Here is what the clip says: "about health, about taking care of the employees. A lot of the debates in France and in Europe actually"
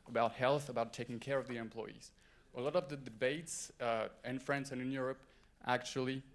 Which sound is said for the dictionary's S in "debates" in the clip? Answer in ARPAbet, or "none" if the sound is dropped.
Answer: S